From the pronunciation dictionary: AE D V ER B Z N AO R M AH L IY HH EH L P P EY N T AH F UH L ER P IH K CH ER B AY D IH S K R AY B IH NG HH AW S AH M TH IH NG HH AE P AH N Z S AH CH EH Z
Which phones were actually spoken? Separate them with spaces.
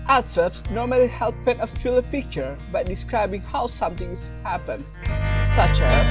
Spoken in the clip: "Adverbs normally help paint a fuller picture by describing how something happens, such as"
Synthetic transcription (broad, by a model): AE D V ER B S N AO R M AH L IY HH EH L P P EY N AH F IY L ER P IH K CH ER B AY D IH S K R AY B IH NG HH AW S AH M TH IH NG HH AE P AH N S AH CH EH